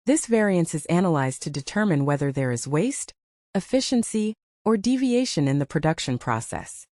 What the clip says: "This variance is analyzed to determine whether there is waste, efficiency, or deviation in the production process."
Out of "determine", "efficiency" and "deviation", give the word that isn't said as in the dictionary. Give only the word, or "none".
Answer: none